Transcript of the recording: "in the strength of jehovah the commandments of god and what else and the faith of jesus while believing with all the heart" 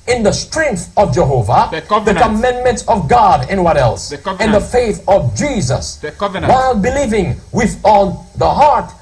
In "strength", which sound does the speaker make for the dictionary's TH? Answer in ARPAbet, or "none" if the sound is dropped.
TH